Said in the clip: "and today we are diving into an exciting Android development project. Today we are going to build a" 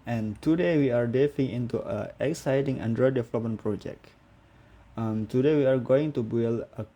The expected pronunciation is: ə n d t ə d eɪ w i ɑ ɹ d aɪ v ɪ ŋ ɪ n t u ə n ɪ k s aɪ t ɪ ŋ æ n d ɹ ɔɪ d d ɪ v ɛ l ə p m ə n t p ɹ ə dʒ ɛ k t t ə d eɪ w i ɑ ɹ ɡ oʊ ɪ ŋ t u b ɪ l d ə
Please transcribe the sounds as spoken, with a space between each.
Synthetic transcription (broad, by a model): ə n t ə d eɪ w i ɑ ɹ d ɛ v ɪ ŋ ɪ n t u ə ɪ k s aɪ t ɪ ŋ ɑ n d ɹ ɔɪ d d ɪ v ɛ l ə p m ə n p ɹ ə dʒ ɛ k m t ə d eɪ w i ɑ ɹ ɡ oʊ ɪ ŋ t u b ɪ l ə